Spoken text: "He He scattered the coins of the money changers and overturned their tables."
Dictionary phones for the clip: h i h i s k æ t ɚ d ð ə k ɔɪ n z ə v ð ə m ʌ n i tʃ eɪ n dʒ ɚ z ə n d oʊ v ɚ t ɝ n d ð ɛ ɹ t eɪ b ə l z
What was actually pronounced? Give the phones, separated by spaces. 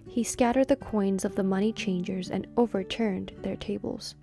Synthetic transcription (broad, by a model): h h i s k æ t ɚ d ð ə k ɔɪ n z ə v ð ə m ʌ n i tʃ eɪ n dʒ ɚ z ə n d oʊ v ɚ t ɝ n ð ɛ ɹ t eɪ b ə l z